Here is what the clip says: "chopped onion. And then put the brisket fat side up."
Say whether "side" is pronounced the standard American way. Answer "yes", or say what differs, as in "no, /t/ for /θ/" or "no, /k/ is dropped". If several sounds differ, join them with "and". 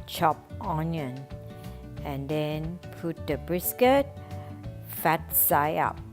no, /d/ is dropped